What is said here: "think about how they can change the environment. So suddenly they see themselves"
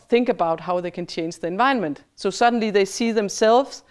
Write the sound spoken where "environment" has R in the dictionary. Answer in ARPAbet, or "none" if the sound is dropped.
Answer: none